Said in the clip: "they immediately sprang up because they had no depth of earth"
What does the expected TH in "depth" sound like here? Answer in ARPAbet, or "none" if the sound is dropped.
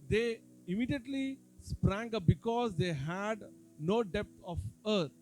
T